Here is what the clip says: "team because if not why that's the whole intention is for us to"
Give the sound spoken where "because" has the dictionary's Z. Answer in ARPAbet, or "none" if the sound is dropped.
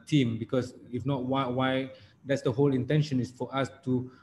S